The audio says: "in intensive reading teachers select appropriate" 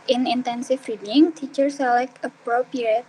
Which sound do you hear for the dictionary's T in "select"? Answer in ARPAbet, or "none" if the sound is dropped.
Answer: none